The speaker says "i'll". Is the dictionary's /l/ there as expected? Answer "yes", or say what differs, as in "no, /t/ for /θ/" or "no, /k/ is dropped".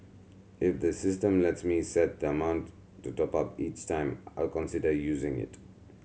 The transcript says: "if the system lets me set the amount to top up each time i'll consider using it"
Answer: yes